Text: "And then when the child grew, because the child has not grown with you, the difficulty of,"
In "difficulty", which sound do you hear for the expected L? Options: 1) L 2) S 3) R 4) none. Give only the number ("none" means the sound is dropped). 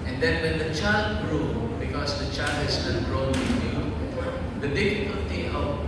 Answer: 4